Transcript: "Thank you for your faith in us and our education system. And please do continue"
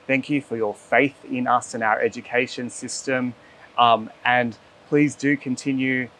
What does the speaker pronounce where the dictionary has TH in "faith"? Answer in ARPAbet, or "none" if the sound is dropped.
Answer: TH